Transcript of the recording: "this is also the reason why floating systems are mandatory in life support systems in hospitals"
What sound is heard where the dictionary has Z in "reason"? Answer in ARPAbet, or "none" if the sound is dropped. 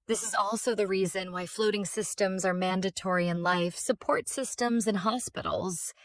Z